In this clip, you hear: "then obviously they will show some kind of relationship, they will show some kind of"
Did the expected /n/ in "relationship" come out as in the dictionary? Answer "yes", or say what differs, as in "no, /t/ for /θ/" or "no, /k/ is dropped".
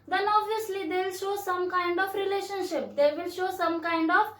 yes